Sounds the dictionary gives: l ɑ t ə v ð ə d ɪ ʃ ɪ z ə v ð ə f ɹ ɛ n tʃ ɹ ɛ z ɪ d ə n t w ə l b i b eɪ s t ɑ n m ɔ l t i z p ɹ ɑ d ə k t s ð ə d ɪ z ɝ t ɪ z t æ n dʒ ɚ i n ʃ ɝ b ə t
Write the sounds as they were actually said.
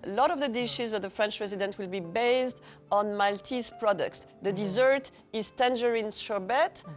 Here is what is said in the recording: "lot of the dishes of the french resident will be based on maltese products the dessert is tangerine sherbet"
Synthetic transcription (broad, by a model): l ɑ t ə v ð ə d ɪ ʃ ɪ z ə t ð ə f ɹ ɛ n tʃ ɹ ɛ z ɪ d ə n t w ə l b i b eɪ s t ɑ n m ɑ l t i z p ɹ ɑ d ə k t s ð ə d ɪ z ɝ t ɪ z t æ n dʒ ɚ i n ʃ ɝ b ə t